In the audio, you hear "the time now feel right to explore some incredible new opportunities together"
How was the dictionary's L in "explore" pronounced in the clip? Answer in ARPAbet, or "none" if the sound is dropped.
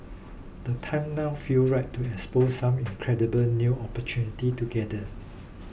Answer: none